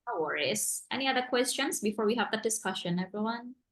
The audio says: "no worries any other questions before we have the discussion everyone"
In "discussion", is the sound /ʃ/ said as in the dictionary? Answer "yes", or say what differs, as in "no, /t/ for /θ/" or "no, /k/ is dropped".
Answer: yes